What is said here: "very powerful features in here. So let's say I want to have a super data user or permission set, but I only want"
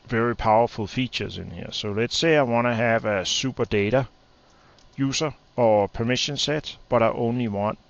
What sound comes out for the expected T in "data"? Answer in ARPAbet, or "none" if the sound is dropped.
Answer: T